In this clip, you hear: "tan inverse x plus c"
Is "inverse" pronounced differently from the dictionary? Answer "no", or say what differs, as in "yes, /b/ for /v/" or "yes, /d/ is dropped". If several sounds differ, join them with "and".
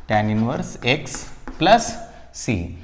no